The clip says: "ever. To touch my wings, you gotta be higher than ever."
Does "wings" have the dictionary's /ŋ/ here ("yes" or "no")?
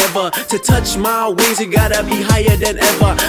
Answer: no